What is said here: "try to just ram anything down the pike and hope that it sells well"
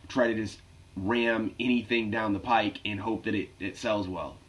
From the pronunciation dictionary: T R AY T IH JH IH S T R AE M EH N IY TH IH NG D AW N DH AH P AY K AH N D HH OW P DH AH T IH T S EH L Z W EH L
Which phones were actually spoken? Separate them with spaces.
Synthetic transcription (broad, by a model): T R AY T IH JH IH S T R AE M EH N IY TH IH NG D AW N DH AH P AY K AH N HH OW P DH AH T IH T S EH L Z W EH L